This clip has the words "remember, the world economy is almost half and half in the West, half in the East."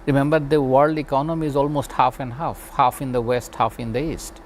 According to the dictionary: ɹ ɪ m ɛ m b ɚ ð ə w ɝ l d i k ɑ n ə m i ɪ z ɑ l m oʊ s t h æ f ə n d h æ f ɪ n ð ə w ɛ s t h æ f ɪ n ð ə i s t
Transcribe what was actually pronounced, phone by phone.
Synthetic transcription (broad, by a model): ɹ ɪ m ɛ m b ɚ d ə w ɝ l d i k ɑ n ə m i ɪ z ɑ l m oʊ s t h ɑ f ə n d h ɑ f ɪ n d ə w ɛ s t h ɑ f ɪ n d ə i s t